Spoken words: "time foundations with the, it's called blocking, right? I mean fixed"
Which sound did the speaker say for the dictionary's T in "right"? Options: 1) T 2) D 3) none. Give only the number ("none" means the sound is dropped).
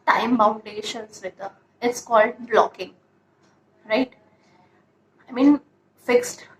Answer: 1